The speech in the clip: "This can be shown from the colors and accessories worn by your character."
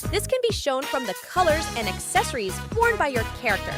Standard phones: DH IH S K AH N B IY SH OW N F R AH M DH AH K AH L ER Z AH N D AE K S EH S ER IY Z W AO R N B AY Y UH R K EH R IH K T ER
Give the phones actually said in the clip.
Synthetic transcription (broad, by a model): DH IH S K AH N B IY SH OW N F R AH M DH AH K AH L ER Z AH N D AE K S EH S ER IY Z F AO R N B AY Y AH R K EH R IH K T ER